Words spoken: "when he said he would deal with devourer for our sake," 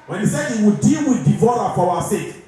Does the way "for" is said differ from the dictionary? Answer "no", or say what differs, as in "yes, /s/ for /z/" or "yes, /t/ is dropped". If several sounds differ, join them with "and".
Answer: yes, /w/ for /ɹ/